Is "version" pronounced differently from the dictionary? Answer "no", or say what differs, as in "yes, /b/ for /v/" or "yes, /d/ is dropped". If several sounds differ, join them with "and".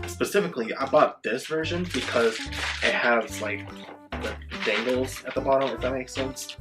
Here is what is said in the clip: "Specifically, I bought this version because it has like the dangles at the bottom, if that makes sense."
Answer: no